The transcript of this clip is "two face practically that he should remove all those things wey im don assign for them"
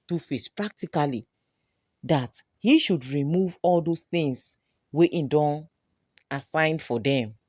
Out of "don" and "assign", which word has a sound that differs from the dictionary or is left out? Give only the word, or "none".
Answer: none